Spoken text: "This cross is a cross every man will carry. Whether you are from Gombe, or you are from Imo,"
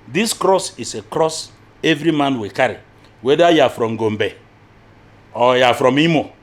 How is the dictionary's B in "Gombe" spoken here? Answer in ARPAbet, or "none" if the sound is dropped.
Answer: B